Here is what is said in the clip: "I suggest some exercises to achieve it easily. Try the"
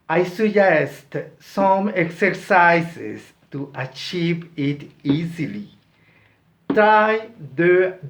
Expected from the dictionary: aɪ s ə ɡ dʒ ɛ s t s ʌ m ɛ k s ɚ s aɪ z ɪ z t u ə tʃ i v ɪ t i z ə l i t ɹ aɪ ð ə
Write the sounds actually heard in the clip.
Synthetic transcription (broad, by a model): aɪ s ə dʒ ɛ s t s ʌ m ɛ k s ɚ s aɪ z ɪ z t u ə tʃ i v ɪ t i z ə l i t aɪ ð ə